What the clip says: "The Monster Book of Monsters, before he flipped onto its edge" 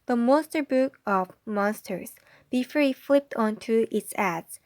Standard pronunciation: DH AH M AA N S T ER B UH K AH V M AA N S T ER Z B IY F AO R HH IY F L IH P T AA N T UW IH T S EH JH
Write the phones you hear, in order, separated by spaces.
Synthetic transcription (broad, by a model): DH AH M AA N S T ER B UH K AH V M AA N S T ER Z B IY F AO R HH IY F L IH P T AA N T UW IH T S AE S